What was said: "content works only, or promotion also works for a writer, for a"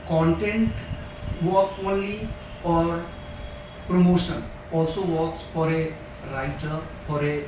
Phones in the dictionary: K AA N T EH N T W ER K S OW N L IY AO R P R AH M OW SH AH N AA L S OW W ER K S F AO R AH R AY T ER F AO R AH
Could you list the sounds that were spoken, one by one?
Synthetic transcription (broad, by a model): K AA N T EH N T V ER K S OW N L IY AO R P R AH M OW SH AH N AA L S OW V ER K S F AO R AH R AY T ER F AO R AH